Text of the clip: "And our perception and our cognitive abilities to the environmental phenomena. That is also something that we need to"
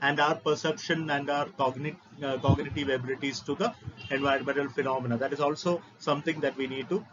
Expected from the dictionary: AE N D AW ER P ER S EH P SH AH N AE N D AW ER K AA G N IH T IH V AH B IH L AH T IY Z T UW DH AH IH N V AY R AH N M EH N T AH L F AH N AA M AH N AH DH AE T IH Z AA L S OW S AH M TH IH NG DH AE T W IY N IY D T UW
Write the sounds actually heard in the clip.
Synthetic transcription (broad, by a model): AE N D AW ER P ER S EH P SH AH N AE N D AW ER K AA G N IH T IH V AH B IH L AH T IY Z T UW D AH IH N V AY AH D M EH N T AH L F AH N AA M AH N AH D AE T IH Z AA L S OW S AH M T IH NG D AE T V IY N IY D T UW